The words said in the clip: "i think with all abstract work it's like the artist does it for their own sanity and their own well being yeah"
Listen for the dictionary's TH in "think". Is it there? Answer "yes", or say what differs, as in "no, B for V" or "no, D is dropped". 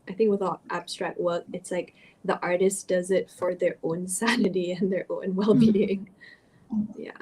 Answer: yes